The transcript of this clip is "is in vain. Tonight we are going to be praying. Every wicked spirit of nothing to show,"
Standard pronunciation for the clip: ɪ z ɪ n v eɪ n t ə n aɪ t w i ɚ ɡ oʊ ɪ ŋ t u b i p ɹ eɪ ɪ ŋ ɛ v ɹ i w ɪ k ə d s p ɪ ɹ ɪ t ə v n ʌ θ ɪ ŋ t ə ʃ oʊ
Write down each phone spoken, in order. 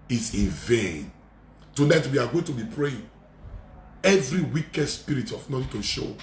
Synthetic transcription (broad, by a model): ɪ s ɪ n v eɪ n t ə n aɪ t w i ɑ ɡ oʊ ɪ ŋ t u b i p ɹ eɪ ɪ ŋ ɛ v ɹ i w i k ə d s p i ɹ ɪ t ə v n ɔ t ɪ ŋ t ə ʃ oʊ